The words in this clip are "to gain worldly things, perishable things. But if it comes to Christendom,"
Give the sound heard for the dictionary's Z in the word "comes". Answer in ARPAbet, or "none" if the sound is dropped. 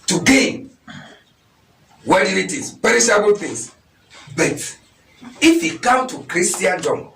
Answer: none